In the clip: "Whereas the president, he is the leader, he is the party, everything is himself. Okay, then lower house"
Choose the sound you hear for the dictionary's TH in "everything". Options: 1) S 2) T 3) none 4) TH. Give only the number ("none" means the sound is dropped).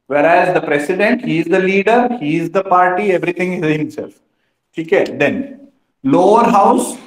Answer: 2